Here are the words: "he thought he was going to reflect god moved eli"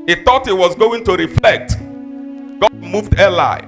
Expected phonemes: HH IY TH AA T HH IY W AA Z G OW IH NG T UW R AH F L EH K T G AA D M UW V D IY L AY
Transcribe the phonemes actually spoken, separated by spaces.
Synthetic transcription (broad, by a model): HH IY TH AA T HH IY W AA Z G OW IH NG T UW R AH F L EH K T G AA D M UW V D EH L AY